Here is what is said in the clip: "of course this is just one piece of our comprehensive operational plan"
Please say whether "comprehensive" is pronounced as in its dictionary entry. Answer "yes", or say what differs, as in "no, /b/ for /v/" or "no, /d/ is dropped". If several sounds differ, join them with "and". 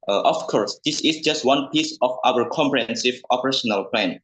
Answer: yes